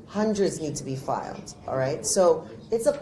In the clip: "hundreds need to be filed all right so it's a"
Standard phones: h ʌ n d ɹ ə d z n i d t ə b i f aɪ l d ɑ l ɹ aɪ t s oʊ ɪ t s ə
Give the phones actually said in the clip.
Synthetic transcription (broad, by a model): h ʌ n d ɹ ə d z n i d t ə b i f aɪ l d ɑ l ɹ aɪ t s oʊ ɪ t s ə